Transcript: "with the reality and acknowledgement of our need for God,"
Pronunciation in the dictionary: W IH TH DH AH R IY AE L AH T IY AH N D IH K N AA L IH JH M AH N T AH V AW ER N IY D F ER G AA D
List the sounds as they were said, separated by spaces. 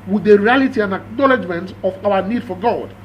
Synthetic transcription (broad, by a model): W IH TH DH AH R IY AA L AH T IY AH N D IH K N AA L IH JH M AH N T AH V AW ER N IY D F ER G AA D